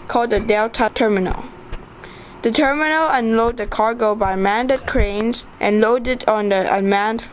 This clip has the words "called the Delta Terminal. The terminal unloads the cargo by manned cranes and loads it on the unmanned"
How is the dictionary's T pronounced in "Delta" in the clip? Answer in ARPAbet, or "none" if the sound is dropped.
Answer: T